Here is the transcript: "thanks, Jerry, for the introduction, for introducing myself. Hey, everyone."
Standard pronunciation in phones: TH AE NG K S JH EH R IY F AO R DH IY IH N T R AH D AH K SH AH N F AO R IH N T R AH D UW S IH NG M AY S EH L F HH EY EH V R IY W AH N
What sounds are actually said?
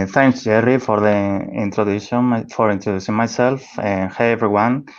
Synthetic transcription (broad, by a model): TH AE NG K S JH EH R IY F AO R DH IY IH N T R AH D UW SH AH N F AO R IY N T R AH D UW S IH NG M AY S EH L F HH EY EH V R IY W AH N